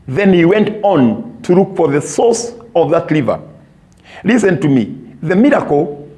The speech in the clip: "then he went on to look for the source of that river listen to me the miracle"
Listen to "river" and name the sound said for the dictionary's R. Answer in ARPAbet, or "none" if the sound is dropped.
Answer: L